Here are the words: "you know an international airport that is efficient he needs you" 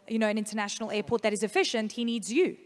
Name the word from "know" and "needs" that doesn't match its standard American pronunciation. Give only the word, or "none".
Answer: none